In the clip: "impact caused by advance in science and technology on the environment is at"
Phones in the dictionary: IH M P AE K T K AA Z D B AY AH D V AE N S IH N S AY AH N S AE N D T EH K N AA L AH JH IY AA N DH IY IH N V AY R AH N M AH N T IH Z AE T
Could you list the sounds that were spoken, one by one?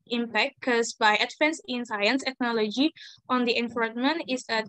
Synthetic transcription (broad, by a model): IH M P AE K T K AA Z B AY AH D F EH N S IH N S AY AH N S T EH K N AA L AH JH IY AA N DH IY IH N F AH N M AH N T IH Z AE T